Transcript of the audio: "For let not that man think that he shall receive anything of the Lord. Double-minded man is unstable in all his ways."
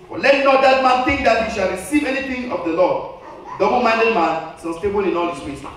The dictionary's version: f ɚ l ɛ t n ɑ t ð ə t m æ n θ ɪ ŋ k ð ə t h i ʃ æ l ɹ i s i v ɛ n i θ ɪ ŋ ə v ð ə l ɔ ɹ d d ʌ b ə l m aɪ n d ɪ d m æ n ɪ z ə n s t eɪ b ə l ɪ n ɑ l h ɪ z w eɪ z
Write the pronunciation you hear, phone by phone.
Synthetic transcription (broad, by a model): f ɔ l ɛ t n ɑ t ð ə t m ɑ n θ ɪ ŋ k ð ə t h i ʃ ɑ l ɹ i s i v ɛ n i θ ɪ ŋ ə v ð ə l ɔ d d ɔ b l m aɪ n d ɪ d m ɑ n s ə s t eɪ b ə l ɪ n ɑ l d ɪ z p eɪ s